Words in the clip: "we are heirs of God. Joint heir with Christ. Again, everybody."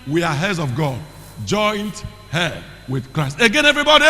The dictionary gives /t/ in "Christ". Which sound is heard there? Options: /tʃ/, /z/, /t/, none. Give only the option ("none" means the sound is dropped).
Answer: /t/